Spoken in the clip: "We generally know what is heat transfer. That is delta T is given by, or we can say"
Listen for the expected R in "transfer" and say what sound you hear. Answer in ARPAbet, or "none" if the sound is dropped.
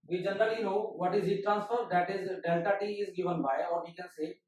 R